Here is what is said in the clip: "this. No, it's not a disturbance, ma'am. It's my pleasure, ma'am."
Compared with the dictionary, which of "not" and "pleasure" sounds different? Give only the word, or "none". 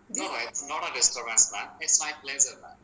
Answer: pleasure